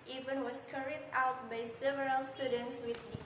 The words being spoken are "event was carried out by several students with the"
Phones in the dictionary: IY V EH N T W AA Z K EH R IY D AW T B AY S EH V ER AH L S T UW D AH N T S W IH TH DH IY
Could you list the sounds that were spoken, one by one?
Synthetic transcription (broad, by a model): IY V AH N W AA S K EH R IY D AW T B AY S EH V ER AH L S T UW D AH N T S W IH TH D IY